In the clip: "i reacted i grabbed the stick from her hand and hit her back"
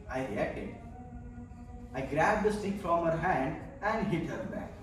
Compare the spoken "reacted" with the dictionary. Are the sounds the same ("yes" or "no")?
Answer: no